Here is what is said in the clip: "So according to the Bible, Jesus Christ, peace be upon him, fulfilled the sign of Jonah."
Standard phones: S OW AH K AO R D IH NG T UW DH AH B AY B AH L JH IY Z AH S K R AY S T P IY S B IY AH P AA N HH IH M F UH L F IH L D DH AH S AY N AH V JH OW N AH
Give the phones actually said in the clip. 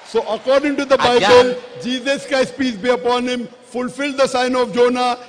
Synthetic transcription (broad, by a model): S OW AH K AO R D IH NG T UW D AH B AY B AH L JH IY Z AH S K AY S P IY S B IY AH P AA N HH IH M F UH L F IH L D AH S AY N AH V JH OW N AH